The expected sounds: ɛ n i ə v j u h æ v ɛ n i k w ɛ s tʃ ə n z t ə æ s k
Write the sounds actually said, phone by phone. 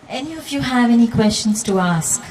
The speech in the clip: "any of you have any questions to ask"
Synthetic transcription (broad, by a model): ɛ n i ə v j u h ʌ v ɛ n i k w ɛ s tʃ ə n z t ə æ s k